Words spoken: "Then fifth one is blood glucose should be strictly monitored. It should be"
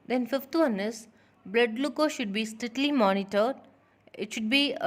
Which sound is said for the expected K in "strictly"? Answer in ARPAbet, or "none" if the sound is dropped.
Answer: none